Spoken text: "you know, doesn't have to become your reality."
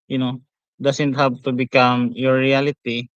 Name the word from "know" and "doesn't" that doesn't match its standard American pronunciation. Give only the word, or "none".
doesn't